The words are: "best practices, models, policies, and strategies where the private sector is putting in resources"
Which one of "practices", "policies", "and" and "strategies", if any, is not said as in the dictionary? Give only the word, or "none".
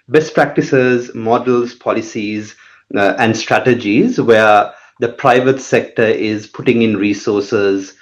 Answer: none